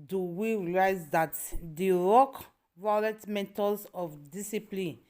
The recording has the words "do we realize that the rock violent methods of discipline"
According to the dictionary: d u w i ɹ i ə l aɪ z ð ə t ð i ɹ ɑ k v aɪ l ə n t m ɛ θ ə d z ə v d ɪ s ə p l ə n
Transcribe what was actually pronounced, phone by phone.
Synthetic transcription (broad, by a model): d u w i ɹ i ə l aɪ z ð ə t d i ɹ ɑ k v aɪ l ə t m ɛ t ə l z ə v d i s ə p l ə n